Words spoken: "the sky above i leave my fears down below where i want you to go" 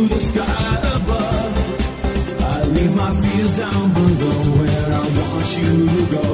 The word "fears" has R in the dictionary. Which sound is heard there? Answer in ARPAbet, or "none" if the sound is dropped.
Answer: L